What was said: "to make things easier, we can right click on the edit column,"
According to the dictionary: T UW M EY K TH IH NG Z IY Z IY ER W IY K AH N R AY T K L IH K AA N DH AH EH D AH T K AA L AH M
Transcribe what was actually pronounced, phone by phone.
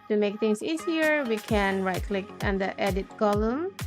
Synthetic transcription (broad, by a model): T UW M EY K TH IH NG S IY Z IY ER W IY K AH N R AY T K L IH K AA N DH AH EH D AH T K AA L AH M